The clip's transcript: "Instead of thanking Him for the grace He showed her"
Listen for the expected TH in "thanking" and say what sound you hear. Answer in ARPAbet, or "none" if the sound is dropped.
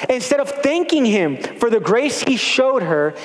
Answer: TH